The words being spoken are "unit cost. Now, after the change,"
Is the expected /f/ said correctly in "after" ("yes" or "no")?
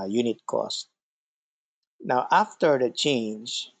yes